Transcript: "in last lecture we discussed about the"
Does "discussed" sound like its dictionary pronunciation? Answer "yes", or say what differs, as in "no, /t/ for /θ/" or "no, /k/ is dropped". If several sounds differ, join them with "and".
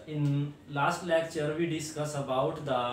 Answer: no, /t/ is dropped